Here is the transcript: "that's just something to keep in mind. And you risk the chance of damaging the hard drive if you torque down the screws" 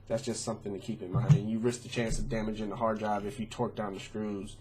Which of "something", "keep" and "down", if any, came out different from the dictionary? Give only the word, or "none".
none